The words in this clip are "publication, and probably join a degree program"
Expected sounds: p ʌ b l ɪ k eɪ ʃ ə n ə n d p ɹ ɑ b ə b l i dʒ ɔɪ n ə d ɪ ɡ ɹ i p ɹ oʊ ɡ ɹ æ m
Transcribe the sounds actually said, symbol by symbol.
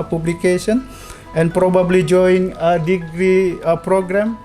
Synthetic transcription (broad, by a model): p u b l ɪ k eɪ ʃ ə n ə n p ɹ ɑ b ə b l i dʒ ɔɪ ə d ɪ ɡ ɹ i p ɹ oʊ ɡ ɹ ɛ m